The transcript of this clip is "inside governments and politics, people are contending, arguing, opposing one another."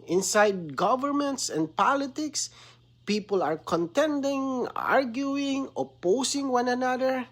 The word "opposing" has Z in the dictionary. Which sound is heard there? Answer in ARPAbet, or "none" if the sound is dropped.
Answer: S